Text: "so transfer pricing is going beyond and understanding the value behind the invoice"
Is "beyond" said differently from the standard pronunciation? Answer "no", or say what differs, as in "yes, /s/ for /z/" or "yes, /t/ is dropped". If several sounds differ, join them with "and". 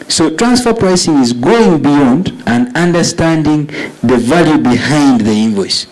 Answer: no